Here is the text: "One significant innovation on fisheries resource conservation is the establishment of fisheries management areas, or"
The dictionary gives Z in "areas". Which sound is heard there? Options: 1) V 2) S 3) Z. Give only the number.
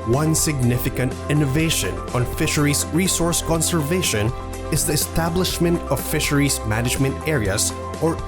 2